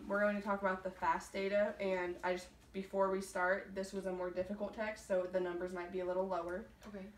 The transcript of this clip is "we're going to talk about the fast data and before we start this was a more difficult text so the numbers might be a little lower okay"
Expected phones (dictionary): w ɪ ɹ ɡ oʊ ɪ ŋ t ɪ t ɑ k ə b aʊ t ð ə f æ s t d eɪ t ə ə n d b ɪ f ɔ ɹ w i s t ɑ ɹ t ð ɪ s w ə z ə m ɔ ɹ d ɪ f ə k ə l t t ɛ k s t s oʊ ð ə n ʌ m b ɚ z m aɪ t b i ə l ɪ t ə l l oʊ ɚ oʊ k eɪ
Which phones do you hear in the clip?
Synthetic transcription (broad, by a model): w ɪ ɹ ɡ oʊ ɪ ŋ t ɪ t ɑ k ə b aʊ t ð ə f æ s d eɪ t ə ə n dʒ b ɪ f ɔ ɹ w i s t ɑ ɹ t ð ɪ s w ə z ə m ɔ ɹ d ɪ f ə k l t t ɛ k s t s oʊ ð ə n ʌ m b ɚ z m aɪ t b i ə l ɪ t l l oʊ ɚ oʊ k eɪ